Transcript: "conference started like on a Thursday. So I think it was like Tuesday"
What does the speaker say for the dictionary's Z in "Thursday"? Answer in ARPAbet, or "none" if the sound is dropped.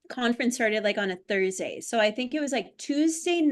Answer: Z